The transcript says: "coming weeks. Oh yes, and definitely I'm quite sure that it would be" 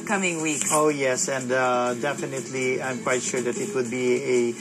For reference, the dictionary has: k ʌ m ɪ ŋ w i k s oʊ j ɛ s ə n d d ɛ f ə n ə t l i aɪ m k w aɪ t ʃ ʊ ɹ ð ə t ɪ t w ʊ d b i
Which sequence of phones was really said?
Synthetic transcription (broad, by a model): k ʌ m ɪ ŋ w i k oʊ j ɛ s ə n d d ɛ f ə n ə t l i aɪ m k w aɪ t ʃ ʊ ɹ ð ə t ɪ t w ʊ d b i